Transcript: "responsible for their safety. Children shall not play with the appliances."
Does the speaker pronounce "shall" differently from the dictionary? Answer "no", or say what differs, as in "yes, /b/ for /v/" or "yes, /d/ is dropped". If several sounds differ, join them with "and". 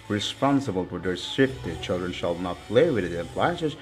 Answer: no